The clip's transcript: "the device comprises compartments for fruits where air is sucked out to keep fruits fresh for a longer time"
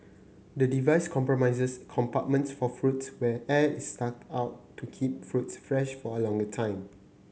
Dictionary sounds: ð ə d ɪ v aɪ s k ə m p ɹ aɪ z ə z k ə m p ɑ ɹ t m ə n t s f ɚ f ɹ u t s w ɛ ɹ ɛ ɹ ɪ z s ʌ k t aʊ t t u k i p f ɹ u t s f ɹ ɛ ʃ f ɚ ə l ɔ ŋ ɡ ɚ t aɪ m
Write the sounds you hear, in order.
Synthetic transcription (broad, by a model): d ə d ɪ v aɪ s k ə m p ɹ aɪ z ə s k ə m p ɑ t m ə n t s f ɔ f ɹ u t s w ɛ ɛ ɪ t s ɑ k aʊ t t u k i p f ɹ u t s f ɹ ɛ ʃ f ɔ ə l ɔ ŋ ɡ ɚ t aɪ m